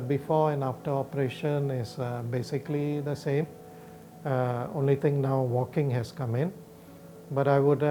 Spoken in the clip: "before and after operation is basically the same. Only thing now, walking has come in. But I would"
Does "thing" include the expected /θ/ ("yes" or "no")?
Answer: no